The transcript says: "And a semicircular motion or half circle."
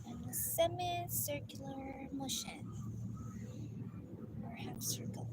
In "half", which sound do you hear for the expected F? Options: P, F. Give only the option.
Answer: P